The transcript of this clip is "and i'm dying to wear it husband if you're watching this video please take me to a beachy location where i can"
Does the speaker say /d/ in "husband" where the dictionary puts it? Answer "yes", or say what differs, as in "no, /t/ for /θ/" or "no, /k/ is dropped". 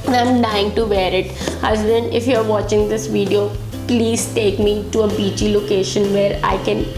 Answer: no, /d/ is dropped